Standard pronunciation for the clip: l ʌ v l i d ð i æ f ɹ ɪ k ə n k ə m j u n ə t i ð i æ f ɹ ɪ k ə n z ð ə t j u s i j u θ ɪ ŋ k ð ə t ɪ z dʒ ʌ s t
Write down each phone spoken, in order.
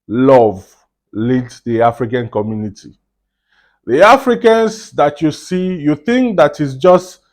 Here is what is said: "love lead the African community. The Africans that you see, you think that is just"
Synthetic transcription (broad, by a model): l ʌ v l i d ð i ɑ f ɹ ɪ k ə n k ə m j u n ə t i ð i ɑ f ɹ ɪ k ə n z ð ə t j u s i j u θ ɪ ŋ k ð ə t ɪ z dʒ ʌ s t